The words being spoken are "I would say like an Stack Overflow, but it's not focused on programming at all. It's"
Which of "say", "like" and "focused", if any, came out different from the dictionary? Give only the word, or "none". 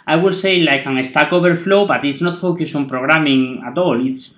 focused